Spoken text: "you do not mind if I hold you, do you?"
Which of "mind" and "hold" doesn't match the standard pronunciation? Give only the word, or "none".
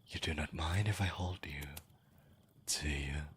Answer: none